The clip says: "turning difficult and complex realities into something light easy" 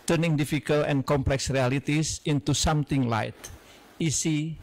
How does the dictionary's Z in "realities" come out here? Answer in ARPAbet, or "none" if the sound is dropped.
S